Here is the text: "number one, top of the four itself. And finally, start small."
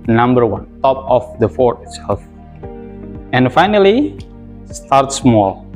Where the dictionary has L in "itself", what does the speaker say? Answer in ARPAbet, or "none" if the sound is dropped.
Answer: none